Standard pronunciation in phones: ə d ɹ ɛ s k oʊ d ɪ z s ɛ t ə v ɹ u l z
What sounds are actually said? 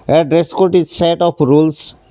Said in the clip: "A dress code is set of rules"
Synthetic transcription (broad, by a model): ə d ɹ ɛ s k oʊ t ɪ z s ɛ t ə p ɹ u l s